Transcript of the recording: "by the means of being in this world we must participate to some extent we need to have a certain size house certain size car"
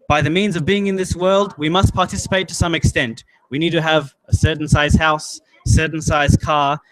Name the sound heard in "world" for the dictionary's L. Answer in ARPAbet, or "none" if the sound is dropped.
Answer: L